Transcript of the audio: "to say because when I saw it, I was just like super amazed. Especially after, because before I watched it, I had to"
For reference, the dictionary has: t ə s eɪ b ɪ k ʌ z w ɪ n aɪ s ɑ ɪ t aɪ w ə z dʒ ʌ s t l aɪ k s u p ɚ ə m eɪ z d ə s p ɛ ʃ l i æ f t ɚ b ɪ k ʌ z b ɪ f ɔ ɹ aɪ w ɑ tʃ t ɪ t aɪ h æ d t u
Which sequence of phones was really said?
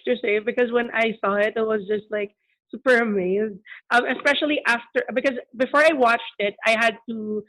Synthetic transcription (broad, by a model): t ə s eɪ b ɪ k ʌ z w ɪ n aɪ s ɑ ɪ t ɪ w ə z dʒ ʌ s t l aɪ k s u p ɚ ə m eɪ z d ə s p ɛ ʃ l i æ f t ɚ b ɪ k ʌ z b ɪ f ɔ ɹ aɪ w ɑ tʃ t ɪ t aɪ h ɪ d t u